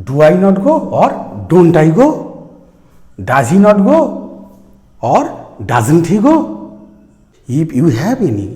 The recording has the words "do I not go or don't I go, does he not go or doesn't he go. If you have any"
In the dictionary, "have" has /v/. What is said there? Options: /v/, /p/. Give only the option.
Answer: /p/